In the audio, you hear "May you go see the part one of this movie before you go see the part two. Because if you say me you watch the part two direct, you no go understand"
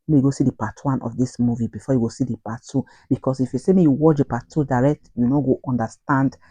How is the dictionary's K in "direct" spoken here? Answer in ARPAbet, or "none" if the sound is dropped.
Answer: K